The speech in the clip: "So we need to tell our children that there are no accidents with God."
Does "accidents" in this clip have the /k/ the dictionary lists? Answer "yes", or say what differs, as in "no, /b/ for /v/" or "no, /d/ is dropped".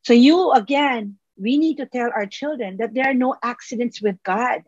yes